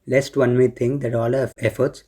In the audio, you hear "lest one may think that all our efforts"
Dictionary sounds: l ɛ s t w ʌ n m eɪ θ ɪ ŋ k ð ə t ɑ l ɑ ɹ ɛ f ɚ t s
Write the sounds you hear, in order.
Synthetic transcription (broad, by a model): l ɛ s t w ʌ n m eɪ t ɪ ŋ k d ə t ɑ l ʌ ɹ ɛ f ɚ t s